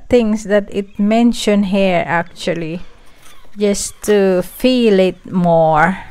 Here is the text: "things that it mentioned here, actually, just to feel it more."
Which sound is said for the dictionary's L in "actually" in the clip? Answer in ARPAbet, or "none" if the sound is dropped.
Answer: L